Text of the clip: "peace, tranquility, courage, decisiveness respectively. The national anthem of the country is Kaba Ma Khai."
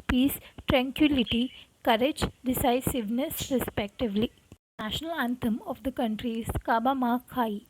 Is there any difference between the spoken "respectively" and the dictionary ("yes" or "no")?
no